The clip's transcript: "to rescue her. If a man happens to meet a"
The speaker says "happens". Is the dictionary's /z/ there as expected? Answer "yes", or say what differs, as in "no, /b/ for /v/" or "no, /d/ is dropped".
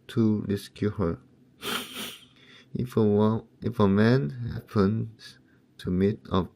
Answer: no, /z/ is dropped